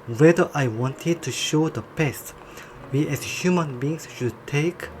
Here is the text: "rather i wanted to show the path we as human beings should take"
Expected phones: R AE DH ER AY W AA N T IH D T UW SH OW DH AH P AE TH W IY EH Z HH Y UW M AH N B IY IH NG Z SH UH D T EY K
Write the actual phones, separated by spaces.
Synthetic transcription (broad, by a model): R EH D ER AY W AA N T IH D T UW SH OW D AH P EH S W IY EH S HH Y UW M AH N B IY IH NG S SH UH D T EY K